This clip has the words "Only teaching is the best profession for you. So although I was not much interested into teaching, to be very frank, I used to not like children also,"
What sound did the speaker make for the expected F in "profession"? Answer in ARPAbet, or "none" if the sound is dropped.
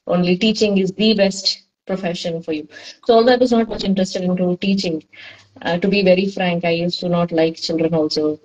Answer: F